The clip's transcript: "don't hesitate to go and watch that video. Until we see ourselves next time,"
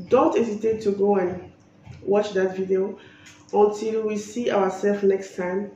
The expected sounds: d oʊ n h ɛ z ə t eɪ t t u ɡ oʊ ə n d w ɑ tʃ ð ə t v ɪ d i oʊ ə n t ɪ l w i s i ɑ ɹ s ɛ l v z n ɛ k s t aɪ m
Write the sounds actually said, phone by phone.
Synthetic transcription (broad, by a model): d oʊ n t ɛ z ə t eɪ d t u ɡ oʊ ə n w ɑ tʃ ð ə t v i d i oʊ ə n t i l w i s i ɑ w s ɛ l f n ɛ k s t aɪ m